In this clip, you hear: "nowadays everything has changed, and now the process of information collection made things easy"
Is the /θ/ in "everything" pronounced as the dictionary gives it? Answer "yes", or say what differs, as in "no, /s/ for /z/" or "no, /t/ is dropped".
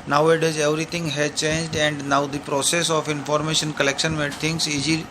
no, /t/ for /θ/